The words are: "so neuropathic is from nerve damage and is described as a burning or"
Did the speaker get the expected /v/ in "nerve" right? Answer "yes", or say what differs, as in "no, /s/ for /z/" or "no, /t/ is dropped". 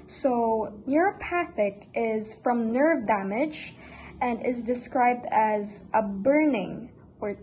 yes